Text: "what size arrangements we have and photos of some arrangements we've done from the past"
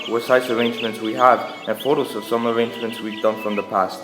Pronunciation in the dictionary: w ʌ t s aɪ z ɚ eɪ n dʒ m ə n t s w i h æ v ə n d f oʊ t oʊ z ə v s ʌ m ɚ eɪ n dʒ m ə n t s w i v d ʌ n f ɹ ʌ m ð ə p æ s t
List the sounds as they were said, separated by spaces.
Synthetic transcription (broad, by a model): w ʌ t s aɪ s ɚ eɪ n dʒ m ə n t s w i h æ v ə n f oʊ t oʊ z ə v s ʌ m ɚ eɪ n dʒ m ə n t s w i v d ʌ n f ɹ ʌ m ð ə p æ s t